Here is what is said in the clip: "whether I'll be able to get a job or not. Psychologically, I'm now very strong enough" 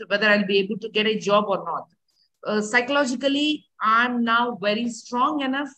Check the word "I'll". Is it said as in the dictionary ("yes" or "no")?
yes